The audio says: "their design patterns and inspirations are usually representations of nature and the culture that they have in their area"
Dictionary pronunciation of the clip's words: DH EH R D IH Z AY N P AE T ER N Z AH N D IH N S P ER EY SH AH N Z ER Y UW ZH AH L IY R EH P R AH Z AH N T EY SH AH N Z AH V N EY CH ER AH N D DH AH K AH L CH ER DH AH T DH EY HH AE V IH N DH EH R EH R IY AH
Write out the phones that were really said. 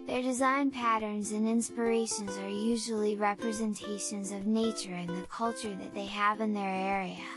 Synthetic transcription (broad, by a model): DH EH R D IH Z AY N P AE T ER N Z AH N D IH N S P ER EY SH AH N Z ER Y UW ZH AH L IY R EH P R AH Z AH N T EY SH AH N Z AH V N EY CH ER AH N DH AH K AH L CH ER DH AH T DH EY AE V IH N DH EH R EH R IY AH